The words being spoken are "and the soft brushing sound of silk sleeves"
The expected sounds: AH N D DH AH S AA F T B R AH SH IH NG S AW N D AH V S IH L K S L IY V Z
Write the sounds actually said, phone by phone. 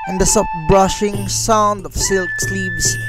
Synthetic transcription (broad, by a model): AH N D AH S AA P B R AH SH IH NG S AW N D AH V S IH L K S L IY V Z